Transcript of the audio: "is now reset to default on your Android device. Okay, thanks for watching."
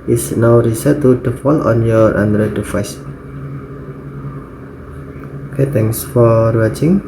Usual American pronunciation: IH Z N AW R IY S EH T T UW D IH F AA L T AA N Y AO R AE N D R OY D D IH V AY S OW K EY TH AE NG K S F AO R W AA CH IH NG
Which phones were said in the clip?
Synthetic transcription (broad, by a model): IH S N AW R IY S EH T T UW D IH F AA L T AA N Y AO R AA N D R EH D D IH F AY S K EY T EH NG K S F AO R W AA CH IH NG